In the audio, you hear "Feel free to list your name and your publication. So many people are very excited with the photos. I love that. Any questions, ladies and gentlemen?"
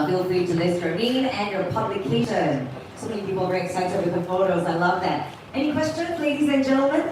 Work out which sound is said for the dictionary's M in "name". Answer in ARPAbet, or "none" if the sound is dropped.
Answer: none